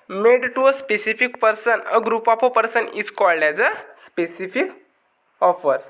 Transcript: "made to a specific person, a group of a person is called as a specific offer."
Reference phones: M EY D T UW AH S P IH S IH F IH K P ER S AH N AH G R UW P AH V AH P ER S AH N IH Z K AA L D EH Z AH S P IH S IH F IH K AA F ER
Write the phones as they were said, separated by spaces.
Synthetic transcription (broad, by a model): M EY D T UW AH S P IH S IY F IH K P ER S AH N AH G R UW P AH P AH P ER S AH N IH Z K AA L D EH Z AH S P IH S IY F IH K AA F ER